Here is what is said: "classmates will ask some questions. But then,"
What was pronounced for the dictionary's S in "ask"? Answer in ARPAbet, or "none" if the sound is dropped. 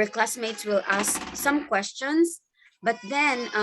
S